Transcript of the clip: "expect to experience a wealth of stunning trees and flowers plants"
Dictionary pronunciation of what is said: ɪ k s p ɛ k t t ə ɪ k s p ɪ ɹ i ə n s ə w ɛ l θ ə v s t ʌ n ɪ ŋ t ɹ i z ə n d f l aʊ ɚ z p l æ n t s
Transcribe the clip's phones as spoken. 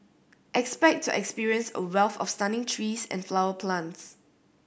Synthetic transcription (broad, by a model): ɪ k s p ɛ k t t ə k s p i ɹ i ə n s ə w ɛ l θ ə f s t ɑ n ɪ ŋ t ɹ i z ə n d f l aʊ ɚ p l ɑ n t s